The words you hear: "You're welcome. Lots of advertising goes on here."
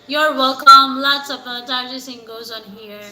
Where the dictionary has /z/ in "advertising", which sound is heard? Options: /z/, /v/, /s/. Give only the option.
/s/